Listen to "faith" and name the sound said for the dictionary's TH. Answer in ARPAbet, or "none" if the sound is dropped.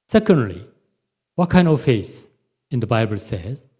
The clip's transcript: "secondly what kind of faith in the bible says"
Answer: S